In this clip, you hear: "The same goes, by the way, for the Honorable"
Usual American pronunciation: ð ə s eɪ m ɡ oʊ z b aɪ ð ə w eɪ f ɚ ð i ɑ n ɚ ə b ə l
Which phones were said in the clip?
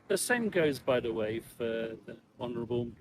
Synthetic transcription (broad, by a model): ð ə s eɪ m ɡ oʊ z b aɪ ð ə w eɪ f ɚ ð i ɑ n ɚ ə b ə l